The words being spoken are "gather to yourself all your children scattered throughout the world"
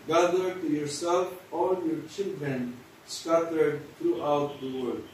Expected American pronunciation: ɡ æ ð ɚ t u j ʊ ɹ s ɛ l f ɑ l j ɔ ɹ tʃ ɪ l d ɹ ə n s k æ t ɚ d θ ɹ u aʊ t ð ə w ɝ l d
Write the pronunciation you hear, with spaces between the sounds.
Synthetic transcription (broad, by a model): ɡ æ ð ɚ t u j ʊ ɹ s ɛ l f ɑ l j ɔ ɹ tʃ ɪ l d ɹ ə n s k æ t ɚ d t ɹ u aʊ t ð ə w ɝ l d